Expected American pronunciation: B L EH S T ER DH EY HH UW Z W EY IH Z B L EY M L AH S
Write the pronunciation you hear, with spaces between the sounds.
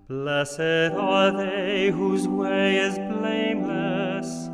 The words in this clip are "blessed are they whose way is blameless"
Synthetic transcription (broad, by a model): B L EH S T ER DH EY HH UW Z W EY IH Z B L EY M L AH S